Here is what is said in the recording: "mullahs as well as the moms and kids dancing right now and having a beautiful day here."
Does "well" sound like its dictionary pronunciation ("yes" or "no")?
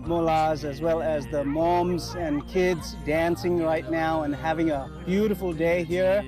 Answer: yes